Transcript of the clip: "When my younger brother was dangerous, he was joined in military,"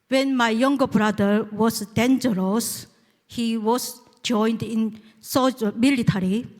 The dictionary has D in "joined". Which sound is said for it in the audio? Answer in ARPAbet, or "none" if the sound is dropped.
D